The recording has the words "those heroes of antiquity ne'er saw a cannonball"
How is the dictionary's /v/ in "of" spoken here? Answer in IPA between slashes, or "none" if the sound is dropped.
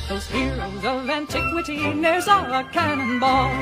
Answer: /v/